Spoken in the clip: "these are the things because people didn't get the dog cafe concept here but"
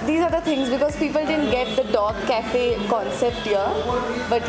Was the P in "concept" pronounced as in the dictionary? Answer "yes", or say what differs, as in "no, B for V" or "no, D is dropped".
yes